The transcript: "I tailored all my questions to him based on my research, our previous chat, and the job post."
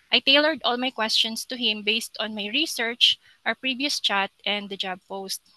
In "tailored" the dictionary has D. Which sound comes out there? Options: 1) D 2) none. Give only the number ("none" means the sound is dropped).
1